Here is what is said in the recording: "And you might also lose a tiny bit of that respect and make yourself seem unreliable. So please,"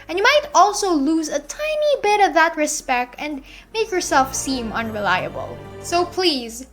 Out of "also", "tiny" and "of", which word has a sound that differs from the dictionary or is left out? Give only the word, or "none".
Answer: none